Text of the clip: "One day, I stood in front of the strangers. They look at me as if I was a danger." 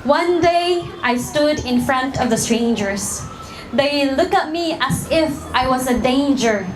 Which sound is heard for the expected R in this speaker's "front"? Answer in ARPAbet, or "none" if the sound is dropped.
R